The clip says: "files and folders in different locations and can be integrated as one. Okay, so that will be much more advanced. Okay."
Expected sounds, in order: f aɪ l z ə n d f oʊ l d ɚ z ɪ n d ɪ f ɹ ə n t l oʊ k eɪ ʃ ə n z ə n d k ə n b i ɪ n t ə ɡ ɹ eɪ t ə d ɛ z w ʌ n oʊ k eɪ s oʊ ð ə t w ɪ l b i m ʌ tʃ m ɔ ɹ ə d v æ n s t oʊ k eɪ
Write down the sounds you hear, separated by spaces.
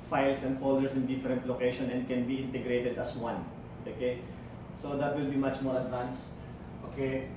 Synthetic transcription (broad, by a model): f aɪ l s ə n d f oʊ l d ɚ s ɪ n d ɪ f ɹ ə n t l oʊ k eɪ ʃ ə n ə n d k ə n b i ɪ n t ə ɡ ɹ eɪ t ə d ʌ s w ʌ n oʊ k eɪ s oʊ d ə t w ɪ l b i m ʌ tʃ m ɔ ɹ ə d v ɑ n s t oʊ k eɪ